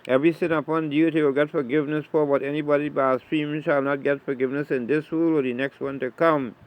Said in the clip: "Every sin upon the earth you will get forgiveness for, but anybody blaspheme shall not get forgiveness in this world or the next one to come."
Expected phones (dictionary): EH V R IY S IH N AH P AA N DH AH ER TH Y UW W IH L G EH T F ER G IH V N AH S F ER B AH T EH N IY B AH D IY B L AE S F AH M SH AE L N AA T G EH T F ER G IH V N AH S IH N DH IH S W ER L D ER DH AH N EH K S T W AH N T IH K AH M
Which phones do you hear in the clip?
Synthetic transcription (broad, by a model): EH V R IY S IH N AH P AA N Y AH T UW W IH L G EH T F ER G IH V N AH S F ER B AH T EH N IY B AH D IY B AE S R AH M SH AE L N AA T G EH T F ER G IH V N AH S IH N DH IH S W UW L ER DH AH N EH K S T W AH N T IH K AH M